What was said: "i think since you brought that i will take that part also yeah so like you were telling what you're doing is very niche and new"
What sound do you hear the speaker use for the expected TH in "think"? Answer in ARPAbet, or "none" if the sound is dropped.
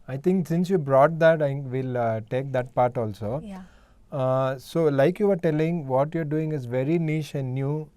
T